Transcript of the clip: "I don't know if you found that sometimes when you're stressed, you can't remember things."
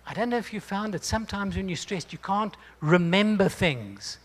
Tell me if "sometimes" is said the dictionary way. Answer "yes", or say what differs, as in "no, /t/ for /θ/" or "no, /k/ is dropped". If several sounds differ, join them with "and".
yes